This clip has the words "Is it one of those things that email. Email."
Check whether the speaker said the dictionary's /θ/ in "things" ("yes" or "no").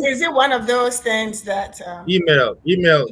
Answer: yes